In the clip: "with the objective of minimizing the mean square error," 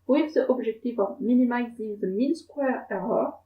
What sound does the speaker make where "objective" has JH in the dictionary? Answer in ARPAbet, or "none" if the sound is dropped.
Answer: ZH